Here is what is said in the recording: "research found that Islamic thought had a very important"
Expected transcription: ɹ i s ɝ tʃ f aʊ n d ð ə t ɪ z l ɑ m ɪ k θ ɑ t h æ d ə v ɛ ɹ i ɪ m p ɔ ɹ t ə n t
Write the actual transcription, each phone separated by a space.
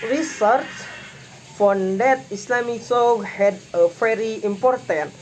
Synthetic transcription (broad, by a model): ɹ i s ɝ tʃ f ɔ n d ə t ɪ s l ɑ m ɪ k s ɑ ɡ h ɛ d ə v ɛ ɹ i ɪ m p ɔ ɹ t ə n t